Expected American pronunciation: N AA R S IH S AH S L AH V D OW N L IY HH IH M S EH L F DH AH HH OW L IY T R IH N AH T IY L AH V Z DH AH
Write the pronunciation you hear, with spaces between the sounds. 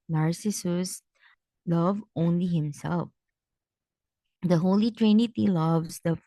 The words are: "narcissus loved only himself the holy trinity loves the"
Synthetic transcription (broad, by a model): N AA R S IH S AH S L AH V OW N L IY HH IH M S EH L F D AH HH OW L IY T R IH N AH T IY L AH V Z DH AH